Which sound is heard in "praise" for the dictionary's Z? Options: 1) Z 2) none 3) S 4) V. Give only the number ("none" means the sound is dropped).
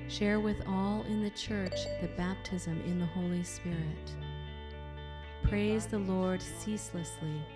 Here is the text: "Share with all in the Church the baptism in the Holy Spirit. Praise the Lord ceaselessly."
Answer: 1